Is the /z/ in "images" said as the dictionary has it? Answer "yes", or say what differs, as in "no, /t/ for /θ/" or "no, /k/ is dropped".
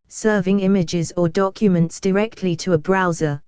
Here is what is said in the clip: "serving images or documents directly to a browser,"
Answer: yes